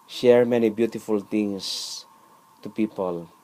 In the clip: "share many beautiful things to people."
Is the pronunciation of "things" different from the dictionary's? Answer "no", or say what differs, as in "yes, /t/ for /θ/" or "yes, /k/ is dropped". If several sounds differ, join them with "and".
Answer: yes, /t/ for /θ/ and /s/ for /z/